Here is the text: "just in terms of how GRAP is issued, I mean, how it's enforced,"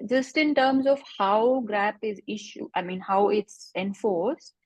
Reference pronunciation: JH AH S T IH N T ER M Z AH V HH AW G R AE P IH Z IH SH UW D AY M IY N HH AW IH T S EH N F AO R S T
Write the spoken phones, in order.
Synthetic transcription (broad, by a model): JH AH S T IH N T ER M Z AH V HH AW G R AE P IH Z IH SH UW AY M IY N HH AW IH T S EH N F AO R S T